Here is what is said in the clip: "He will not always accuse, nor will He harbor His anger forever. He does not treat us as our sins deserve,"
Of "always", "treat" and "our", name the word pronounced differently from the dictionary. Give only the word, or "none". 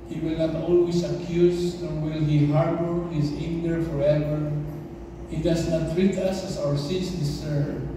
always